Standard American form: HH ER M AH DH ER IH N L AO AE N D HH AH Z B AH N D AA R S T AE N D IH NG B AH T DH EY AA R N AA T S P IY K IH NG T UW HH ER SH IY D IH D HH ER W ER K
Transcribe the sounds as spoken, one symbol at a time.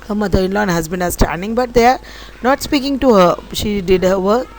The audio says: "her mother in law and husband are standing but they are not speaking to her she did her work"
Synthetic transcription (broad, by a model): HH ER M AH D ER IH N L AO N HH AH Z B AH N AA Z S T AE N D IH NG B AH T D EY AA R N AA T S P IY K IH NG T UW HH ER SH IY D IH D HH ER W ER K